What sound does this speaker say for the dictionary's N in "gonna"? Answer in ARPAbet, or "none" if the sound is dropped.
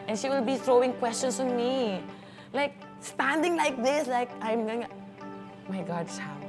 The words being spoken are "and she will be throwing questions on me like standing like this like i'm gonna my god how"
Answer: none